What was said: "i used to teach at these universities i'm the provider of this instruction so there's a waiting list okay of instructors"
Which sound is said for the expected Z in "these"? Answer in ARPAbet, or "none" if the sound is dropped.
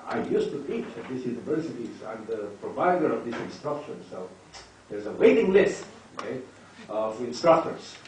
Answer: S